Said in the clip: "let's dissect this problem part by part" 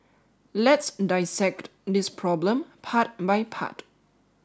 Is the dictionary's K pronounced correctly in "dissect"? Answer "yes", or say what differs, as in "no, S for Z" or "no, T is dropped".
yes